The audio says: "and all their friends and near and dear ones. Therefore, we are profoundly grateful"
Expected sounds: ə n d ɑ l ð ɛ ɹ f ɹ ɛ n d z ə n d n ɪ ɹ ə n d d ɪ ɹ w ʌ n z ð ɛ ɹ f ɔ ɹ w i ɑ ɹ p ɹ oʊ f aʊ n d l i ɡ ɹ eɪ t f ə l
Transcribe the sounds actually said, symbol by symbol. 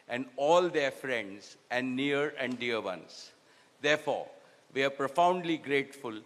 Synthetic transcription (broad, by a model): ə n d ɑ l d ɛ ɹ f ɹ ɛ n d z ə n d n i ɹ ə n d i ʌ ɹ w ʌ n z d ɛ ɹ f ɔ ɹ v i ɑ ɹ p ɹ oʊ f aʊ n d l i ɡ ɹ eɪ t f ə l